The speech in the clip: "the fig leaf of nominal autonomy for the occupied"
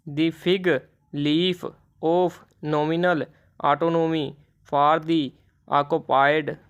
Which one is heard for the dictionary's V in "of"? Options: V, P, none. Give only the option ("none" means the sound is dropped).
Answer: P